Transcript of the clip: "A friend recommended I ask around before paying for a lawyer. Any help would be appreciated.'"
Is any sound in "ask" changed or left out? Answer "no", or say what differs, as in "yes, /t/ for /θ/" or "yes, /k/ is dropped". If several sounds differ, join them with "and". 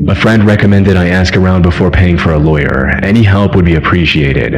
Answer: no